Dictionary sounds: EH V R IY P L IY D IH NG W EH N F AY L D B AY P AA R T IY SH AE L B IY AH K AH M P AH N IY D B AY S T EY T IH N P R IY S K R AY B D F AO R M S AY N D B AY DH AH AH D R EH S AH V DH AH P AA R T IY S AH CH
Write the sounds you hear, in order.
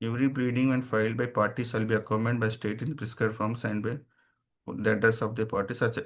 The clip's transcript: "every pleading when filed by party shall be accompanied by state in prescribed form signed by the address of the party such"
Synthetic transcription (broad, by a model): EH V R IY B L IY D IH NG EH N F AY L D B AY P AA R T IY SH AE L B IY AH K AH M AH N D B AY S T EY T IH N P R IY S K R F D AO M S AY N D B AY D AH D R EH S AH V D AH P AA R T IY S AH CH